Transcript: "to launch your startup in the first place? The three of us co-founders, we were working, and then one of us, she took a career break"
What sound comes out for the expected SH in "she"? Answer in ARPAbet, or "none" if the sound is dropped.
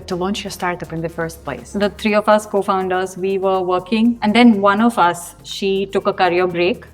SH